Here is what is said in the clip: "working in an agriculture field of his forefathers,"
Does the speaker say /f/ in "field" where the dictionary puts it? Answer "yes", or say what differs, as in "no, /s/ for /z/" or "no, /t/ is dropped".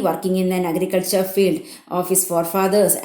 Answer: yes